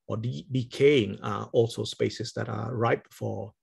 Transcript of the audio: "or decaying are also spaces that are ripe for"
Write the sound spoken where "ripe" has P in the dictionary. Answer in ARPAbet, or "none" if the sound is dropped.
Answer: B